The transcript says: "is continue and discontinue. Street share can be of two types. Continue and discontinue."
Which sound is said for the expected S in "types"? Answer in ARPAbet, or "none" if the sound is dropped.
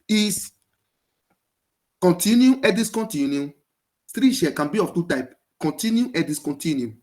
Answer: none